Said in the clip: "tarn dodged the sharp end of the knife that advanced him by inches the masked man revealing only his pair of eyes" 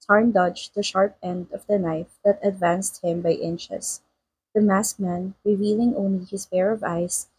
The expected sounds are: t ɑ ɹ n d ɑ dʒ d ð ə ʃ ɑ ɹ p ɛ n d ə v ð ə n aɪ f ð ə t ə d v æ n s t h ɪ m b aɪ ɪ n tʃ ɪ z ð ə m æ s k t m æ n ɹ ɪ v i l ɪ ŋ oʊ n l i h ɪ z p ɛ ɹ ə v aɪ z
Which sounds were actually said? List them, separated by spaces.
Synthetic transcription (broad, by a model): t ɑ ɹ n d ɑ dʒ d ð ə ʃ ɑ ɹ p ɛ n d ə v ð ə n aɪ f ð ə t ə d v æ n s t h ɪ m b aɪ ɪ n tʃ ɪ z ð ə m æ s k m æ n ɹ ɪ v i l ɪ ŋ oʊ n l i h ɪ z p ɛ ɹ ə v aɪ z